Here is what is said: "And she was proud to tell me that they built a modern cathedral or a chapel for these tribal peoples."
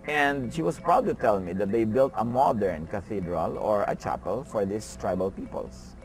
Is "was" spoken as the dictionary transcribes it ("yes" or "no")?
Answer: no